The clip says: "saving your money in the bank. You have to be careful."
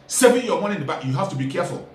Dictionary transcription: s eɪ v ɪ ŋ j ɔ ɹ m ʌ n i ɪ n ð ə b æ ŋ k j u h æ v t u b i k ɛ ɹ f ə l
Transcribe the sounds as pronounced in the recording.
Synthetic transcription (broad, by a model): s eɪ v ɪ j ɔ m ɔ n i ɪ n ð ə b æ k j u h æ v t u b i k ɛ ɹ f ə l